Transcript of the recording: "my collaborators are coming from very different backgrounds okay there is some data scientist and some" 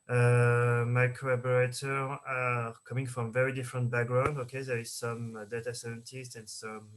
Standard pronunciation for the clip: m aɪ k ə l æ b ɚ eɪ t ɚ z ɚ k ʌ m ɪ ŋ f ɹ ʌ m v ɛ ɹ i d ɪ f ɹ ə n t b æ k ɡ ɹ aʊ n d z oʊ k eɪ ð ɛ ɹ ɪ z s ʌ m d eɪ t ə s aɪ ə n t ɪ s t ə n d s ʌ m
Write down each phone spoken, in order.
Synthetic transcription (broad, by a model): m aɪ k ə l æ b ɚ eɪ t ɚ ɚ k ʌ m ɪ ŋ f ɹ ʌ m v ɛ ɹ i d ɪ f ɹ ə n t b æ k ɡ ɹ aʊ n d oʊ k eɪ ð ɛ ɹ ɪ z s ʌ m d eɪ t ə s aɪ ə n t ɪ s t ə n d s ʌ m